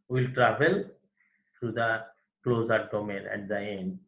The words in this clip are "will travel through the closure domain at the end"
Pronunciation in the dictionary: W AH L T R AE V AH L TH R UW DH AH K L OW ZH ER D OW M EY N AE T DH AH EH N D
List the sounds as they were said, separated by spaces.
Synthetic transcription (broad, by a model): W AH L T R AE V AH L T R UW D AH K L OW Z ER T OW M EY L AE T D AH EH N D